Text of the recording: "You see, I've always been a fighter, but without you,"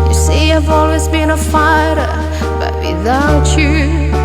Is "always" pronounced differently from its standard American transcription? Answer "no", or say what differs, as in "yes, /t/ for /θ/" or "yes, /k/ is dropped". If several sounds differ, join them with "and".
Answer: no